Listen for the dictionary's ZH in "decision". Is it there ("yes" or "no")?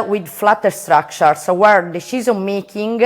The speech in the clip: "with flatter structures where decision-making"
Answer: no